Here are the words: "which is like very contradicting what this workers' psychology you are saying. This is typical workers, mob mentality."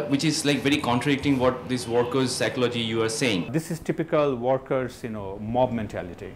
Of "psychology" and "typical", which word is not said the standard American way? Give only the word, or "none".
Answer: none